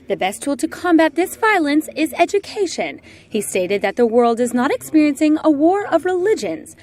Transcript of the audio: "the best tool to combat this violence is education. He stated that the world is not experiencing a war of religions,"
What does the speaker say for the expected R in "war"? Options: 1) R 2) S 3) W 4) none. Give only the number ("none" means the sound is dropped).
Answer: 1